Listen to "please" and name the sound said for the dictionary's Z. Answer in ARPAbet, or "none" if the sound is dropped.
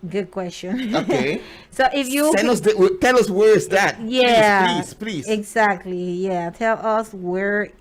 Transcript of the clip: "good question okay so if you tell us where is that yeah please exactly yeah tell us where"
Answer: none